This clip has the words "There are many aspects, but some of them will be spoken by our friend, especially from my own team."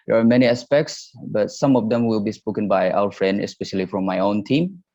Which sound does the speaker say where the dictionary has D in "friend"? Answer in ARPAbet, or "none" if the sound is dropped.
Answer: D